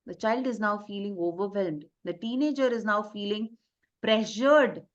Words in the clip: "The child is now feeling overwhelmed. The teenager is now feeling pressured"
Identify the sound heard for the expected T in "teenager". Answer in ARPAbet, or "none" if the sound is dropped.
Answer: T